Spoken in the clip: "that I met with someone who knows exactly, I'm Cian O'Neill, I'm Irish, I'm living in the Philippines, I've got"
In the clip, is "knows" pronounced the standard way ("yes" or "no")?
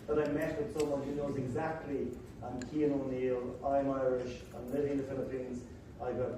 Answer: yes